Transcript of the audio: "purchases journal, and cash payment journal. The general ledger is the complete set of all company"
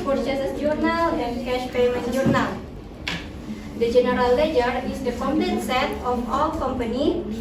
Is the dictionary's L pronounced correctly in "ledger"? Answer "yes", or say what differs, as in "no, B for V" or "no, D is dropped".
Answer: yes